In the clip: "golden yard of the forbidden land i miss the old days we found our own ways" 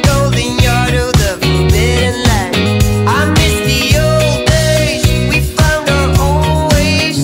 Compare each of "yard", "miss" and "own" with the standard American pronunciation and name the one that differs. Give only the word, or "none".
own